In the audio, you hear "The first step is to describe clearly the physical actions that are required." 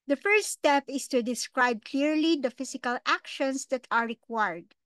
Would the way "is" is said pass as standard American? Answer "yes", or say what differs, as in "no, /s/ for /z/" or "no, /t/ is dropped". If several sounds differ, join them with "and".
no, /s/ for /z/